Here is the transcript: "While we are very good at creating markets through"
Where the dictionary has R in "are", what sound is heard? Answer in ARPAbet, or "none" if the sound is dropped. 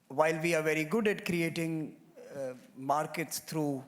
R